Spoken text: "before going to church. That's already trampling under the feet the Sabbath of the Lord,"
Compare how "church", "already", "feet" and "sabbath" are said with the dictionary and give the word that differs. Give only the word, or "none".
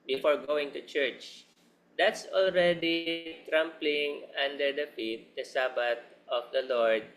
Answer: sabbath